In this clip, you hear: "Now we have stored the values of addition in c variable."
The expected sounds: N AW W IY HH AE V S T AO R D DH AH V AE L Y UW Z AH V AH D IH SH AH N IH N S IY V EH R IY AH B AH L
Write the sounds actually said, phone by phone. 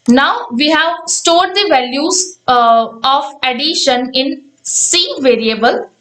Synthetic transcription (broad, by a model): N AW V IY HH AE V S T AO R D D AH V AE L Y UW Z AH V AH D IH SH AH N IH N S IY V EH R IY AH B AH L